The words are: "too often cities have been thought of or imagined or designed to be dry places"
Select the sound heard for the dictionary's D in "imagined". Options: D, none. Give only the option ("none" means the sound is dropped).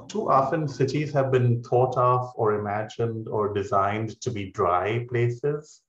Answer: D